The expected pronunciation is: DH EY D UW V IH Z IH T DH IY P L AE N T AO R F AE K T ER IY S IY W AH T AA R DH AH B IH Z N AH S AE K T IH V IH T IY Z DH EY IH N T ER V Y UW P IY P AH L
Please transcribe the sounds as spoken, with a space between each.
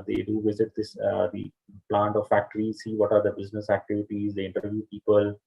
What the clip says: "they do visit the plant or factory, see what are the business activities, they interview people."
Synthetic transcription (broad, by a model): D EY D UW V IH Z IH T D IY P L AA N T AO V F AE K T ER IY S IY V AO T AA R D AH B IH Z N AH S AE K T IH V IH T IY Z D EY IH N T ER V Y UW P IY P AH L